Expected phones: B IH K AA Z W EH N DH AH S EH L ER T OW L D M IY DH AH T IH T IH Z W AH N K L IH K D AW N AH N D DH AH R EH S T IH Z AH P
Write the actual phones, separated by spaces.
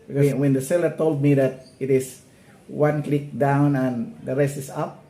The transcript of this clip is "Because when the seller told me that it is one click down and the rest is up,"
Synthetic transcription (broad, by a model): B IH K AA W EH N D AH S EH L ER T OW L D M IY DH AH T IH T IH S W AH N K L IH K D AW N AH N D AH R EH S T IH S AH P